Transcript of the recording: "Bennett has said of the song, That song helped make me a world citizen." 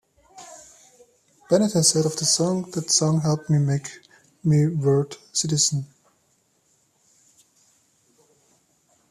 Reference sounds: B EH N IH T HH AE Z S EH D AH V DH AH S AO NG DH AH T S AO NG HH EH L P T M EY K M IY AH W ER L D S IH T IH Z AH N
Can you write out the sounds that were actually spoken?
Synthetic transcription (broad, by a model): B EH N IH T HH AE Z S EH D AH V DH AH S AO NG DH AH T S AO NG HH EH L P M M EY K M IY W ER D S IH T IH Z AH N